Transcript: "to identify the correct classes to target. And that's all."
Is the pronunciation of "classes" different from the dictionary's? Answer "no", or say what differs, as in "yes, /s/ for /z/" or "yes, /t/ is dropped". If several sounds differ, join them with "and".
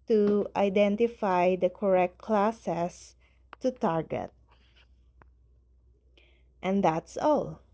yes, /s/ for /z/